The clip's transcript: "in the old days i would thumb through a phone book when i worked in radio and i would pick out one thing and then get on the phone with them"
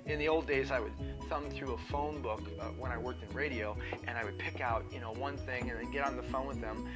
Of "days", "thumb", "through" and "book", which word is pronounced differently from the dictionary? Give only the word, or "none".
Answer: none